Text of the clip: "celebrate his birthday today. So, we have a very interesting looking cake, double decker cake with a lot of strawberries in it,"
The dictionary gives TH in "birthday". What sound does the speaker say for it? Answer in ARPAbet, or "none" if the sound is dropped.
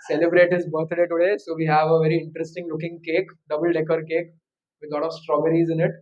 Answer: T